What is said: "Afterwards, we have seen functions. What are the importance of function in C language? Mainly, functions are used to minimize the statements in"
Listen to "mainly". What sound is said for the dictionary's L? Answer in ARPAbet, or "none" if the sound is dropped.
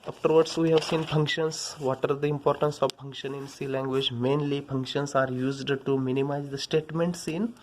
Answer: L